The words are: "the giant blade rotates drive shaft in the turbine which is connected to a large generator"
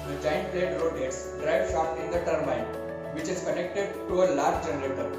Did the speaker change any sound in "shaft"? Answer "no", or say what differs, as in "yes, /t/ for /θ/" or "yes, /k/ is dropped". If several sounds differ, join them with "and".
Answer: yes, /p/ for /f/